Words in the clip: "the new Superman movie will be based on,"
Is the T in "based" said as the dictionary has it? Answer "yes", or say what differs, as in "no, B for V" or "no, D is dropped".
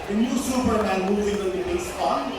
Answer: no, T is dropped